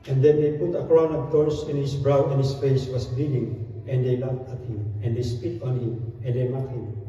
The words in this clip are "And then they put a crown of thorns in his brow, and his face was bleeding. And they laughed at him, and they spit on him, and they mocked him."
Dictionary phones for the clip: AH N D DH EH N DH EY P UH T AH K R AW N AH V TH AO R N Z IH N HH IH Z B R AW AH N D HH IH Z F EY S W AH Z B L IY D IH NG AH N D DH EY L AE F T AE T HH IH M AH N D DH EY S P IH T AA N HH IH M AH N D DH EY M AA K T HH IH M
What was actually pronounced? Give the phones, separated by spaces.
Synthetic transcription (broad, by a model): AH N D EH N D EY P UH T AH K R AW N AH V T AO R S IH N HH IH S B R AW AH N HH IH S F EY S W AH S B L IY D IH NG AH N D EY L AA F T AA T HH IH M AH N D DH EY S P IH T AA N HH IH M AH N D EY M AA T HH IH M